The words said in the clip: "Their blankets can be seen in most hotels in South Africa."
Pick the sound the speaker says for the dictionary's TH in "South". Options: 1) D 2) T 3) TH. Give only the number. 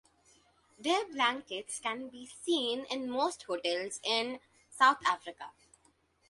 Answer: 2